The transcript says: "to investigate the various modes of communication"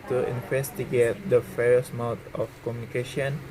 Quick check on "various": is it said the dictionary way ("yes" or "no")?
no